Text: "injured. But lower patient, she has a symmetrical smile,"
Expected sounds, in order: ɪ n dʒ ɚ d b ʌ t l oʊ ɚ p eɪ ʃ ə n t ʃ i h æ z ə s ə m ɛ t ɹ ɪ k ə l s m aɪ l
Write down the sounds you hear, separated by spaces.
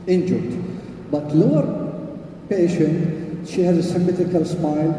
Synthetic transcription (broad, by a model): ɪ n dʒ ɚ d b ʌ t l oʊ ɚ p eɪ ʃ ə n t ʃ i h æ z ə s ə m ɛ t ɪ k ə l s m aɪ l